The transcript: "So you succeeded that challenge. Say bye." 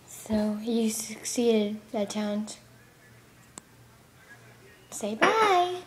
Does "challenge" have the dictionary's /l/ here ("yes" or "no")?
no